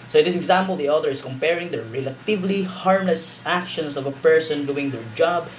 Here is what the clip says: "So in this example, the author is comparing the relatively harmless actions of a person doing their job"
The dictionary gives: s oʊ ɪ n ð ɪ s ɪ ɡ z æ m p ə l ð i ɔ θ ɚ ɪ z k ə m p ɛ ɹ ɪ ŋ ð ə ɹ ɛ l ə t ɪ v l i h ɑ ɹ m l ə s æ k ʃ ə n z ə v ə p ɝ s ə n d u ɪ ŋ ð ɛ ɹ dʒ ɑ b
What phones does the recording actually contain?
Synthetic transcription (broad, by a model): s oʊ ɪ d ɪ s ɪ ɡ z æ m p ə l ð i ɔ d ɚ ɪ s k ə m p ɛ ɹ ɪ ŋ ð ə ɹ ɛ l ə t ɪ v l i h ɑ ɹ m l ə s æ k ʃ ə n s ə v ə p ɝ s ə n d u ɪ ŋ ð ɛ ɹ dʒ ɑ b